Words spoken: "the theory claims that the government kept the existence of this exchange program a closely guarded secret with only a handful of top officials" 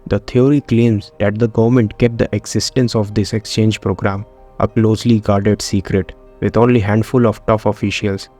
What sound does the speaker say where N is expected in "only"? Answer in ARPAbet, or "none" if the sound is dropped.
none